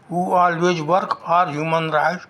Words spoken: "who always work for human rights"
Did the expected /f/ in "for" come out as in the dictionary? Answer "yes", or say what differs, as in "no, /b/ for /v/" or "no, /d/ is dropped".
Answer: no, /p/ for /f/